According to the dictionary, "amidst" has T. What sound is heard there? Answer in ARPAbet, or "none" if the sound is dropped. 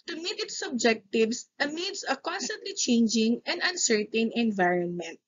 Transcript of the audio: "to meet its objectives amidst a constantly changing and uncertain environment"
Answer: none